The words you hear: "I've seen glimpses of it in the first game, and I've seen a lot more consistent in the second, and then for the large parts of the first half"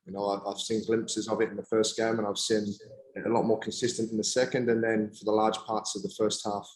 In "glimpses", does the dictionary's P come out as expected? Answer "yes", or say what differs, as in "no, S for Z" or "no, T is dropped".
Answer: yes